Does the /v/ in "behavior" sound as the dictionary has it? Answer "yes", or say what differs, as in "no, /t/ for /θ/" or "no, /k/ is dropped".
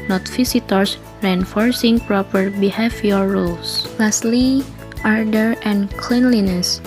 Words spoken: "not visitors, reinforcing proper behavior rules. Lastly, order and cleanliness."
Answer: no, /f/ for /v/